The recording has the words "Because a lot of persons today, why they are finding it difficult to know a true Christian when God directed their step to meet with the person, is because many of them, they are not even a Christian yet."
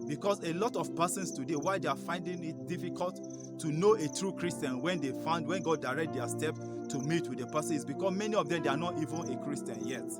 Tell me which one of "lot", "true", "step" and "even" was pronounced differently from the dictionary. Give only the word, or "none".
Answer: none